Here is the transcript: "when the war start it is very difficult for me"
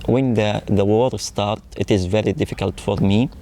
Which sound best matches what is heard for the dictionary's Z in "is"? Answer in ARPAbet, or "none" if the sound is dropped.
Z